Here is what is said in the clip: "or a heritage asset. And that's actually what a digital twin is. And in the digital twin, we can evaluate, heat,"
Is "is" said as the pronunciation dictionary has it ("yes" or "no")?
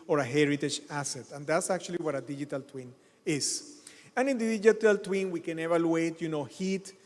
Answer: no